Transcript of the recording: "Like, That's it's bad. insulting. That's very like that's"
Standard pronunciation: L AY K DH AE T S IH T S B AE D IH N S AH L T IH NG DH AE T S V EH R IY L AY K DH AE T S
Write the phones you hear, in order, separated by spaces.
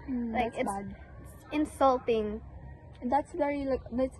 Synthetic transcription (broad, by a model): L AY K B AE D IH T S IH N S AH L T IH NG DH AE T S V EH R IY L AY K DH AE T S